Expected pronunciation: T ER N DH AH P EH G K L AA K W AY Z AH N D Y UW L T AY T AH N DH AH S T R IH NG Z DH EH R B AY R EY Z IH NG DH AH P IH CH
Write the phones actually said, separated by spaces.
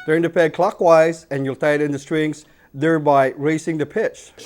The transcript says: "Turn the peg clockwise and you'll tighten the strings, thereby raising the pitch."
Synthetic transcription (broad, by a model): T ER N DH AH P EH G K L AA K W AY Z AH N Y UW L T AY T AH N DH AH S T R IH NG Z DH EH R B AY R EY S IH NG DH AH P IH CH